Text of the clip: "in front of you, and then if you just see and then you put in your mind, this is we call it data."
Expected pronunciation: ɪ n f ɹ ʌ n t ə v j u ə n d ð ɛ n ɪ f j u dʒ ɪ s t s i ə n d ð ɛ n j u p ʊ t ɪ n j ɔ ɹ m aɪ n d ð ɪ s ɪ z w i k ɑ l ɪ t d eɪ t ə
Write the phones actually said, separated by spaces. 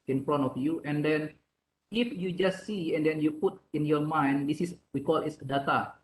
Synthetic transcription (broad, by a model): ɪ n f ɹ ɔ n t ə f j u ə n d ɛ n ɪ f j u dʒ ɪ s t s i ə n d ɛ n j u p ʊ t ɪ n j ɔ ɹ m aɪ n d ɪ s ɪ s w i k ɑ l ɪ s d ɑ t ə